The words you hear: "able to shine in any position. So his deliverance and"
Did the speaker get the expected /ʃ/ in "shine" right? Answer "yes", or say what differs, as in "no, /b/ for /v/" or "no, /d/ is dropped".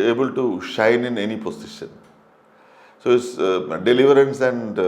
yes